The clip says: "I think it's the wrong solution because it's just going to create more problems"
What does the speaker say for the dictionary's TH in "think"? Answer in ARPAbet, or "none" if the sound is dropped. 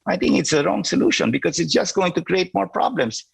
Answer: T